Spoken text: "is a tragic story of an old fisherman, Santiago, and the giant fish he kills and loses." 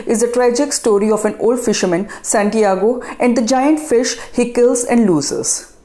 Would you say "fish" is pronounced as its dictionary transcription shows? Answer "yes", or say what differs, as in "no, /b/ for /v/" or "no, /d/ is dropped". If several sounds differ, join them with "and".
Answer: yes